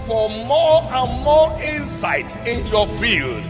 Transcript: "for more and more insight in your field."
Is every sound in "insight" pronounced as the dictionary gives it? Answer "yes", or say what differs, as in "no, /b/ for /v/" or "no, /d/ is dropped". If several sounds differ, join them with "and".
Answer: yes